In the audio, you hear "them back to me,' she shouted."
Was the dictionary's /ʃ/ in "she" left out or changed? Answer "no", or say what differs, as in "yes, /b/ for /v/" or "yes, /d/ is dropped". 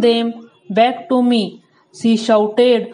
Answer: yes, /s/ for /ʃ/